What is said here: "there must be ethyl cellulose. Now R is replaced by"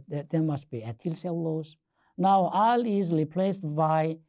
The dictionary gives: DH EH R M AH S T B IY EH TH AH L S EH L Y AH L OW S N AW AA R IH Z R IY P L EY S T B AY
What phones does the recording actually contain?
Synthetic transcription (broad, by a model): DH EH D M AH S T B IY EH T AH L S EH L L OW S N AW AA L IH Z R IY P L EY S T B AY